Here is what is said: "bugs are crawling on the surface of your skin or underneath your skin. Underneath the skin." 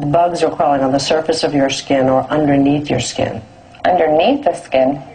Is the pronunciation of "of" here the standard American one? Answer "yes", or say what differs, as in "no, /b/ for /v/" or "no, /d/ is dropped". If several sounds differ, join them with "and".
yes